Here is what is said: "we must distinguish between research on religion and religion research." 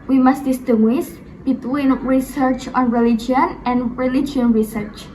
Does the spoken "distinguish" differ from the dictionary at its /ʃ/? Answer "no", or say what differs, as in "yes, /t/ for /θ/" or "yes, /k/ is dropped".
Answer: yes, /s/ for /ʃ/